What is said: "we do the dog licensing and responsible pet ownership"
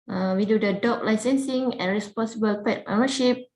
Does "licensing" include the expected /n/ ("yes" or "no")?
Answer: yes